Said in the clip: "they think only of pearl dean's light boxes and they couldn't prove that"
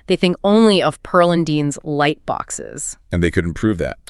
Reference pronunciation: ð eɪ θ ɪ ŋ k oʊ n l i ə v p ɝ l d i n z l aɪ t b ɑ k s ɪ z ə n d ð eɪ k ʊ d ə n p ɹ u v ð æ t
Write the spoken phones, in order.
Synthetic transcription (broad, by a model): ð eɪ θ ɪ ŋ k oʊ n l i ə v p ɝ l d i n z l aɪ t b ɑ k s ɪ z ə n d ð eɪ k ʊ d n p ɹ u v ð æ t